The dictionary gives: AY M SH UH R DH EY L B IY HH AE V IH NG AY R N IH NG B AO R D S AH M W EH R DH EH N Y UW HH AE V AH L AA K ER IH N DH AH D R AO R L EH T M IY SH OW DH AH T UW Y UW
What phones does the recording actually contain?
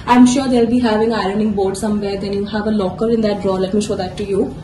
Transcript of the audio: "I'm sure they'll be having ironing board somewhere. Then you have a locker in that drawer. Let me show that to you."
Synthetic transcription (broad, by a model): AY M SH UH R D EY L B IY HH AE V IH NG AY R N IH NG B AO R D S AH M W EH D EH N Y UW HH AE V AH L AA K ER IH N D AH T R AO L EH T M IY SH OW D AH T UW Y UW